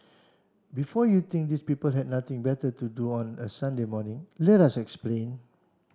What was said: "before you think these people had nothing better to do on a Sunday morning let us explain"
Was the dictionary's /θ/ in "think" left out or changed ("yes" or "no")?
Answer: yes